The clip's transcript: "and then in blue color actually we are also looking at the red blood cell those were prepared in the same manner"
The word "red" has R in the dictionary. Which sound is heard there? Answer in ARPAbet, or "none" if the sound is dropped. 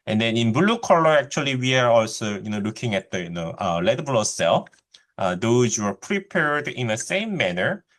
L